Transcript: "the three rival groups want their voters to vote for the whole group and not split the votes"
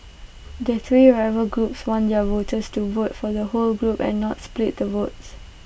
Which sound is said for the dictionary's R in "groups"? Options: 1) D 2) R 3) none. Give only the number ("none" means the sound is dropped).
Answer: 2